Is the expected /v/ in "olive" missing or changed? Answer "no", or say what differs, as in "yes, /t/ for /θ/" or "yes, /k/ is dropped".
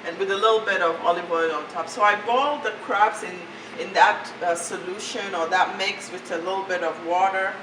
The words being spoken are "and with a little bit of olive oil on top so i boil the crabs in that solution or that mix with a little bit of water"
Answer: yes, /b/ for /v/